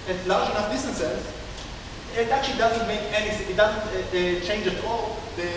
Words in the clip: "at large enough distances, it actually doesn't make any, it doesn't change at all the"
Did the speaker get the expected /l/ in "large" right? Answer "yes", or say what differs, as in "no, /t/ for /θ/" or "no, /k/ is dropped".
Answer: yes